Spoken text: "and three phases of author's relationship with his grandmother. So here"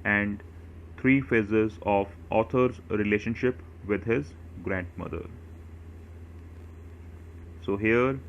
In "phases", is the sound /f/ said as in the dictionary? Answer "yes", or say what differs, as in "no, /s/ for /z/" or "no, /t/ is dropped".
yes